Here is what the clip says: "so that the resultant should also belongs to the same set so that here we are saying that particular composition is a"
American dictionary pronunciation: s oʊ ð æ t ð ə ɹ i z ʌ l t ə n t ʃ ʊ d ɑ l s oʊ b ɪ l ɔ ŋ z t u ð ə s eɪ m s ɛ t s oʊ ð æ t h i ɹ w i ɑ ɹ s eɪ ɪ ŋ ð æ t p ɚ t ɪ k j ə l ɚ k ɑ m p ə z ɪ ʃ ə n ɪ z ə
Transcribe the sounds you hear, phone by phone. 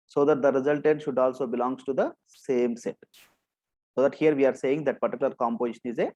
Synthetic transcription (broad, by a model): s oʊ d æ t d ə ɹ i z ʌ l t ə t ʃ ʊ d ɑ l s oʊ b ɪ l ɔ ŋ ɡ t u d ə s eɪ m s ɛ t s oʊ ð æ t h i ɹ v i ɑ ɹ s eɪ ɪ ŋ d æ t p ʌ t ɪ k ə l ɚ k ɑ m p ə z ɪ ʃ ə n ɪ z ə